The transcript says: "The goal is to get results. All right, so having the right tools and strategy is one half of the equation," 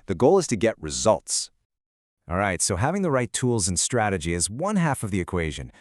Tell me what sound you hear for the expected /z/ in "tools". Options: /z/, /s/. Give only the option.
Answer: /z/